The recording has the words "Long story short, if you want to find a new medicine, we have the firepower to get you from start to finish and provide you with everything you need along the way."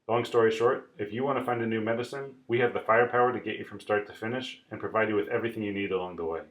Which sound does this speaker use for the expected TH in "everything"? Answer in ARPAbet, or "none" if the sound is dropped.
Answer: TH